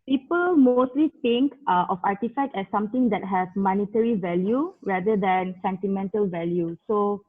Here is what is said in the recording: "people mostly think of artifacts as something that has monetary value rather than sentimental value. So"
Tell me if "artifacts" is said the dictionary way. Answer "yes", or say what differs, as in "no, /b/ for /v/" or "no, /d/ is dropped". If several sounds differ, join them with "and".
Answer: no, /s/ is dropped